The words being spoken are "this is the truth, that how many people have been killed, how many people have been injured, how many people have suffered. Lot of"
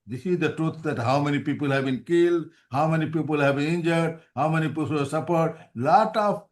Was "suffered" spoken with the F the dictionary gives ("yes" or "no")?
no